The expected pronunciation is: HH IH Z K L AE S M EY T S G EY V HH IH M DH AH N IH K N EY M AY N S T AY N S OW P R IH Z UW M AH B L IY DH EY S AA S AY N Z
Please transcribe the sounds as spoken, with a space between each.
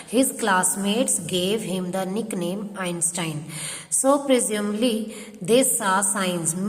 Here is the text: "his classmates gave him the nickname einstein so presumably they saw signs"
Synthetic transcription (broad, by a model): HH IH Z K L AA S M EY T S G EY V HH IH M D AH N IH K N EY M AY N S T AY N S OW P R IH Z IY AH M L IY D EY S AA S AY N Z